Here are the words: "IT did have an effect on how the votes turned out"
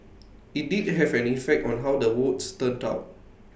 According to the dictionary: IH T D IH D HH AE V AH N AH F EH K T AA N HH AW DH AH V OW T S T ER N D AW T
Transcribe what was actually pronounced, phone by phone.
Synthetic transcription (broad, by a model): IH T D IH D HH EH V AH N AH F EH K T AA N HH AW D AH W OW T S T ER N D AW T